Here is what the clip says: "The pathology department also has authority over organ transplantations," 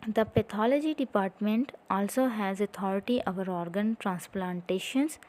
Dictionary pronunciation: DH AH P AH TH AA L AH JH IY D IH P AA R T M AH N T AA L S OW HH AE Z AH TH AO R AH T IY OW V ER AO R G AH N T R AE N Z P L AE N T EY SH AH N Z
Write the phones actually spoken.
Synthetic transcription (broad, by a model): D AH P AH T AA L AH JH IY D IH P AA R T M AH N T AA L S OW HH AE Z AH T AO R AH T IY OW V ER AO R G AH N T R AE N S P L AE N T EY SH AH N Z